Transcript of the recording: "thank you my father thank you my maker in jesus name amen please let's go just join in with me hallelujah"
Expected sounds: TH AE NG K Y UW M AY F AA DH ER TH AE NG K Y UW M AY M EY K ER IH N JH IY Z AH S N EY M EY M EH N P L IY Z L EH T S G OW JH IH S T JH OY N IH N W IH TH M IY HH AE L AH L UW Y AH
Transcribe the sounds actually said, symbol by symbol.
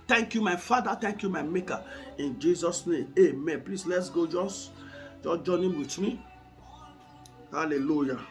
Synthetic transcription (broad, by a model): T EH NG K Y UW M AY F AA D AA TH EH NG K Y UW M AY M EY K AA IH N JH IY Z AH S N EY M EY M EH N P L IY S L EH T S G OW JH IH S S JH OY N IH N W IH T M IY HH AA L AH L UW Y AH